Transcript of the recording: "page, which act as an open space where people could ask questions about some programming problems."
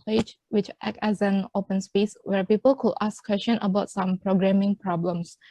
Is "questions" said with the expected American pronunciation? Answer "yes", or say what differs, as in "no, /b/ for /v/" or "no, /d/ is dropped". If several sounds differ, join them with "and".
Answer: no, /z/ is dropped